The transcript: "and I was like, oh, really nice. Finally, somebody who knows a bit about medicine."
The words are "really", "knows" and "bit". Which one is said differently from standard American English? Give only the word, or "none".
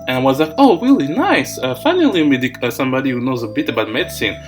none